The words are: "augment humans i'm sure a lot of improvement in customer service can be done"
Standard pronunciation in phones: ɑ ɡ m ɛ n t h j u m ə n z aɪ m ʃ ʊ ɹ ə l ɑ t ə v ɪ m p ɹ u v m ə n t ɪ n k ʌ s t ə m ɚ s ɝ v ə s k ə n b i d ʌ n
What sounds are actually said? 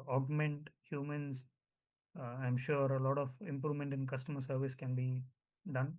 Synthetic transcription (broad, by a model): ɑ ɡ m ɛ n t h j u m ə n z aɪ m ʃ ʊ ɹ ə l ɑ t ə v ɪ m p ɹ u v m ə n t ɪ n k ʌ s t ə m ɚ s ɝ v ə s k ə n b i d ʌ n